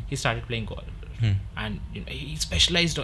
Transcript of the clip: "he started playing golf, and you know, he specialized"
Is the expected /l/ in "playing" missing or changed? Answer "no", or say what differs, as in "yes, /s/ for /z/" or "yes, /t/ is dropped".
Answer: no